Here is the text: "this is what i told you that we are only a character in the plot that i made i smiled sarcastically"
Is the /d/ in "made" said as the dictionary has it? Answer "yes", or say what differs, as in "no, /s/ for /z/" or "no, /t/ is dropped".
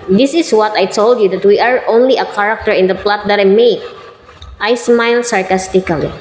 no, /d/ is dropped